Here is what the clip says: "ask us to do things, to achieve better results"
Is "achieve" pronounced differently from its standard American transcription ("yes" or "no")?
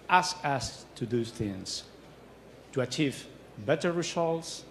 no